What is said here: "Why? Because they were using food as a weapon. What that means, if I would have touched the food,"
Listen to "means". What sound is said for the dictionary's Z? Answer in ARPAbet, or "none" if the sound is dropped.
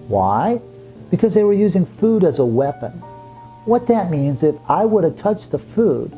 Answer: Z